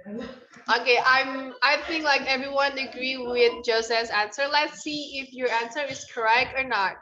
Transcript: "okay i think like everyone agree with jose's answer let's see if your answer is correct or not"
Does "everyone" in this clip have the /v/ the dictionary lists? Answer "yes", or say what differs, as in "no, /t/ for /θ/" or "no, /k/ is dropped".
yes